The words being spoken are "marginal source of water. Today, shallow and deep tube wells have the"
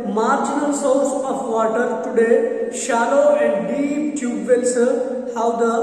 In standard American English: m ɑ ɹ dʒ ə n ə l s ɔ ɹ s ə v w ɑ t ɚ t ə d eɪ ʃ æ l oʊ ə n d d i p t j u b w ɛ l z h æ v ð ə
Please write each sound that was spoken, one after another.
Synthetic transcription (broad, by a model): m ɑ ɹ dʒ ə n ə l s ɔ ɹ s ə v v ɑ t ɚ t ə d eɪ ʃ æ l oʊ ə n d d i p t j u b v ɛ l s h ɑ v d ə